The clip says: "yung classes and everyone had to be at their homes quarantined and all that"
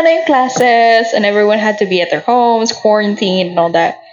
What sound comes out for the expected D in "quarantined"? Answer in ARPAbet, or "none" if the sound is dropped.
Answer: none